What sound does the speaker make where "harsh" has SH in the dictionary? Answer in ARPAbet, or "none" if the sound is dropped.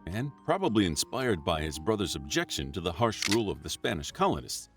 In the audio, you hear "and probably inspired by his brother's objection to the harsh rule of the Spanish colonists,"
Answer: SH